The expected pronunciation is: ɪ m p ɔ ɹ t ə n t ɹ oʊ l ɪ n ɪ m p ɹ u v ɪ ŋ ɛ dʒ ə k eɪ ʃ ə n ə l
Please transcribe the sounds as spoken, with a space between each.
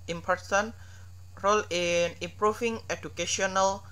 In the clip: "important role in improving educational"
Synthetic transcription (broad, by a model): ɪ m p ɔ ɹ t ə n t ɹ oʊ l ɪ n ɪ m p ɹ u f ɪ ŋ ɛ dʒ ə k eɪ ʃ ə n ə l